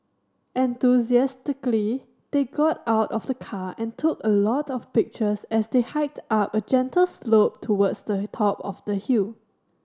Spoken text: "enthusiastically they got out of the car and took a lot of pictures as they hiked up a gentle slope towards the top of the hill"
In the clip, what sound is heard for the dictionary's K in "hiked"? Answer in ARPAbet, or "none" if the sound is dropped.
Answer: K